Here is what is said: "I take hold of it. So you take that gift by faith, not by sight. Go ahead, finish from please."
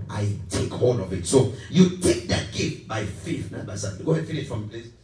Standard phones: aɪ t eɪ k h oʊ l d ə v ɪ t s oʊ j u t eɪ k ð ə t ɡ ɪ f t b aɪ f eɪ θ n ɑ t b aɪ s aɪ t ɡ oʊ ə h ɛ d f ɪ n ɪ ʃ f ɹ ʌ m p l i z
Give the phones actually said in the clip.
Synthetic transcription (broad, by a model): aɪ t eɪ k h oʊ d ə v ɪ t s oʊ j u t eɪ k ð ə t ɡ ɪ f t b aɪ f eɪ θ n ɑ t b aɪ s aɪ ɡ oʊ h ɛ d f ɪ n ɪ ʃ f ɹ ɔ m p l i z